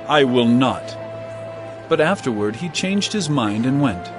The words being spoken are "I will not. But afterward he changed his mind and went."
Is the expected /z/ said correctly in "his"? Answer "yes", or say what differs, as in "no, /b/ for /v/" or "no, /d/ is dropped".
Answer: yes